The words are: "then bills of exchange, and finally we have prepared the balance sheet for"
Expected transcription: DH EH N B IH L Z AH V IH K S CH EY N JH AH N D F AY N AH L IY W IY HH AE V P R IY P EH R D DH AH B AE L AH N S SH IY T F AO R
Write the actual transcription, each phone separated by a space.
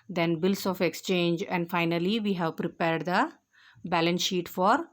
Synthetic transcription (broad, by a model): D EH N B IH L S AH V IH K S CH EY N JH AH N D F AY N AH L IY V IY HH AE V P R IY P EH R D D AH B AE L AH N S SH IY T F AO R